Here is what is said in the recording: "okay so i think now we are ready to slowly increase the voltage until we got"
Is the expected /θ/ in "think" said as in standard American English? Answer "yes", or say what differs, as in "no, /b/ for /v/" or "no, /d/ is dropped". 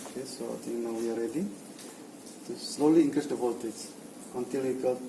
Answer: no, /t/ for /θ/